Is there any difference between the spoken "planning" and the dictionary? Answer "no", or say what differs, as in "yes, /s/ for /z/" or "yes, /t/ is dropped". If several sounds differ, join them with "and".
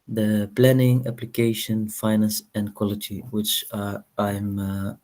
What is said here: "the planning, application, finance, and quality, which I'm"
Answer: no